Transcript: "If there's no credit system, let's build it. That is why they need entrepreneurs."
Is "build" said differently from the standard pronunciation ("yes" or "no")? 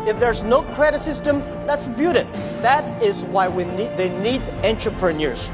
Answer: yes